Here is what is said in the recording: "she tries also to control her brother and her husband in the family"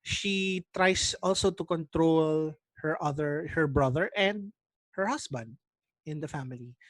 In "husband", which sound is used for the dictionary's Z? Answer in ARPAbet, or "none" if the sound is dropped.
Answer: S